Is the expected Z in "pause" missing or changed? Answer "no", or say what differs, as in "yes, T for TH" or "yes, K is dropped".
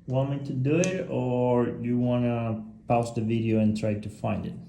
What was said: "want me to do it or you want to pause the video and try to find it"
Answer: yes, S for Z